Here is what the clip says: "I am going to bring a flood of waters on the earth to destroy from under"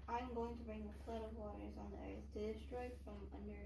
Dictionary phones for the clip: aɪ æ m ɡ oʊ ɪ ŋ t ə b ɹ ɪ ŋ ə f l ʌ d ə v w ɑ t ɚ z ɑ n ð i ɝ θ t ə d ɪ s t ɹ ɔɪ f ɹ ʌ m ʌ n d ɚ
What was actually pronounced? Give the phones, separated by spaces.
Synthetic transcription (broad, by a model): aɪ m ɡ oʊ ɪ ŋ t ə b ɹ ɪ ŋ ə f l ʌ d ə v w ɑ t ɚ z n ð i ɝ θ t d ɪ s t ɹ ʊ f ɹ ʌ m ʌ n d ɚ